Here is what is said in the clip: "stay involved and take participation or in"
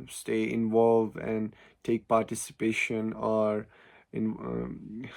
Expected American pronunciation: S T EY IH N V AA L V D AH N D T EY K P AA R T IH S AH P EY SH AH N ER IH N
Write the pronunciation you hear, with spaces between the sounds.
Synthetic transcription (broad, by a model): S T EY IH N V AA L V AH N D T EY K P AA R T IH S AH P EY SH AH N ER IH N